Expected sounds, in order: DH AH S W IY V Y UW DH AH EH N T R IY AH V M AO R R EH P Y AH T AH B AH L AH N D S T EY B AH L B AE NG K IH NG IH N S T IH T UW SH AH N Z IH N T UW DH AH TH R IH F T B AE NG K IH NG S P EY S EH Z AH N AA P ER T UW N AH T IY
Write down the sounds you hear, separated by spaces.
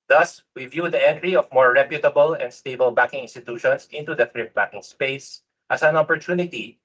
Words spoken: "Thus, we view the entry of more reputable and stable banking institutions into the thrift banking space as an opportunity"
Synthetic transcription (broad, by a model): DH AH S W IY V Y UW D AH EH N T R IY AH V M AO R R EH P Y AH T AH B AH L AH N D S T EY B AH L B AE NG K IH NG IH N S T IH T UW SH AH N S IH N T UW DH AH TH R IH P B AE K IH NG S P EY S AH S AH N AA P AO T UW N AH T IY